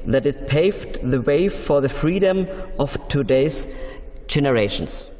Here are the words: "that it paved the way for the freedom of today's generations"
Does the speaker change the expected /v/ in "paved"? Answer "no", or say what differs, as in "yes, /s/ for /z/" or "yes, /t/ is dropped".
no